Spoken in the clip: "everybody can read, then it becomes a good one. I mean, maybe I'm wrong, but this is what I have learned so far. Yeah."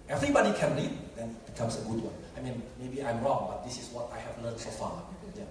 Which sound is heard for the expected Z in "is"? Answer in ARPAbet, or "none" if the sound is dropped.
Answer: S